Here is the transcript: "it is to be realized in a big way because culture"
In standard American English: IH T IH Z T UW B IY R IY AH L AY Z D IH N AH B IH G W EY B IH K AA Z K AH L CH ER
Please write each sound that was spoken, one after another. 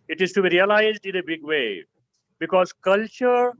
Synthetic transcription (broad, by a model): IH T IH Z T UW B IY R IY AH L AY Z D IH N AH B IH G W EY B IH K AA Z K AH L CH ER